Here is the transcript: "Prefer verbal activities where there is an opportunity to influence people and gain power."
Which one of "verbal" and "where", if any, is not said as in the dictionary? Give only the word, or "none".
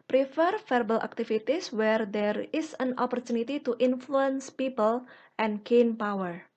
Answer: verbal